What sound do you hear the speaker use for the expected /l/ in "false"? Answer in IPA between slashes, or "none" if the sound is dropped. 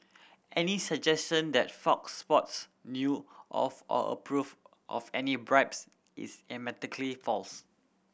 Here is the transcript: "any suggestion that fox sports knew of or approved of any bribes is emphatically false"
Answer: /l/